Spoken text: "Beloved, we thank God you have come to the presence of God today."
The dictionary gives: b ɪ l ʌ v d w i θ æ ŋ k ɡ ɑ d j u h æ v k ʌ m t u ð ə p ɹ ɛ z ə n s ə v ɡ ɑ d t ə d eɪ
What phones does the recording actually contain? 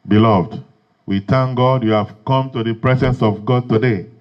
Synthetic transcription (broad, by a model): b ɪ l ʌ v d w i t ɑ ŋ ɡ ɑ d j u h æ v k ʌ m t u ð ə p ɹ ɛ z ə n s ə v ɡ ɑ d t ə d eɪ